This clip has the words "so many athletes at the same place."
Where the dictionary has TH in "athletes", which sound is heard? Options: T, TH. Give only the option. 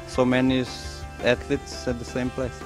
T